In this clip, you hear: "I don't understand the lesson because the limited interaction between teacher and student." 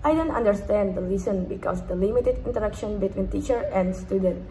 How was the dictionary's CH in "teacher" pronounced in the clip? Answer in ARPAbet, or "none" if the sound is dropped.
CH